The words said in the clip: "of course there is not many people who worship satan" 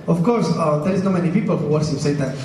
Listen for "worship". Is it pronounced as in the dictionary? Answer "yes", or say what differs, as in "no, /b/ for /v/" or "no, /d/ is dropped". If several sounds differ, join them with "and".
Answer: no, /s/ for /ʃ/